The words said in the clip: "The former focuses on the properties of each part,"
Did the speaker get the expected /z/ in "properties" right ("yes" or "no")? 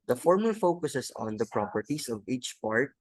no